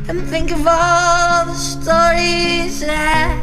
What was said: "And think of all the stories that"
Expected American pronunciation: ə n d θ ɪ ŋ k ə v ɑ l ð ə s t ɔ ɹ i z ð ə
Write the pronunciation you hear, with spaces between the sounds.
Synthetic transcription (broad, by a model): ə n θ ɪ ŋ k ə v ɑ l ð ə s t ɔ ɹ i z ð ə